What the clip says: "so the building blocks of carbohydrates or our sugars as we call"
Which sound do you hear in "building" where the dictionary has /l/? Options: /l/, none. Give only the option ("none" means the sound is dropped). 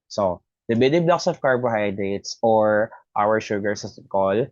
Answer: none